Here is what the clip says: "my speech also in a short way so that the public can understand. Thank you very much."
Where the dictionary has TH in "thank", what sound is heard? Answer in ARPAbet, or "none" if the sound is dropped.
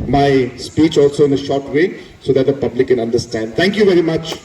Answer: T